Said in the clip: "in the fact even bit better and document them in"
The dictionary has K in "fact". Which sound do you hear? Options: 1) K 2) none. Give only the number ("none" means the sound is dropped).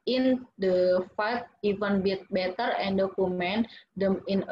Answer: 2